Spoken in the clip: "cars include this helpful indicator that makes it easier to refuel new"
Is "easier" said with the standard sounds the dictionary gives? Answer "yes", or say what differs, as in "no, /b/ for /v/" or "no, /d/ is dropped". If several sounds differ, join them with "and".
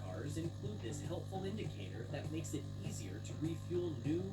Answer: yes